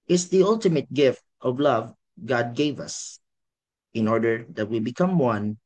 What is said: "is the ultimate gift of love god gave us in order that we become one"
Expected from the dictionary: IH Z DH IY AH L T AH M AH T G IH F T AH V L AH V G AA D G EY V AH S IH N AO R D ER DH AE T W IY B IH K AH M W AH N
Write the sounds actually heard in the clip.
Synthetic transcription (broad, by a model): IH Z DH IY AH L T AH M AH T G IH F T AH V L AH V G AA D G EY V AH S IH N AO R D ER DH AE T W IY B IH K AH M W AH N